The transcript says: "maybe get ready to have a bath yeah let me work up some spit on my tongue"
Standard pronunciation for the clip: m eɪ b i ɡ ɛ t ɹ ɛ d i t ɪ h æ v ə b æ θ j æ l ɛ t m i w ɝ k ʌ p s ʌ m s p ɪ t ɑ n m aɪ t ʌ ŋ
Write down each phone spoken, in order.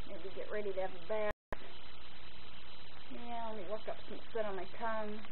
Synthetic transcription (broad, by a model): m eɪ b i ɡ ɛ t ɹ ɛ d i t ɪ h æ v ə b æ t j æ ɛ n m i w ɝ k ʌ p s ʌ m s ɪ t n m aɪ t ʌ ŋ